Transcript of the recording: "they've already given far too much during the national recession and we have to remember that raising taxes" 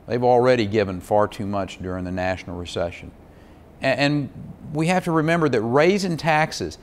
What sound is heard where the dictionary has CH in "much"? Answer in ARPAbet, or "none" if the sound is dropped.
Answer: CH